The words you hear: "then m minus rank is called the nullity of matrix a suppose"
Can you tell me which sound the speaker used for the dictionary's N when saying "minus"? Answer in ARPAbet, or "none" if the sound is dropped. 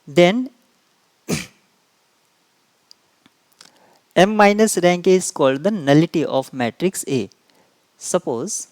N